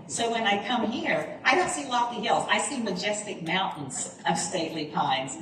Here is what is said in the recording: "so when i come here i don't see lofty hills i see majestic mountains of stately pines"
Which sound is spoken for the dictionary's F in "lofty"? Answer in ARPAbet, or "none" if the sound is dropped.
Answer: none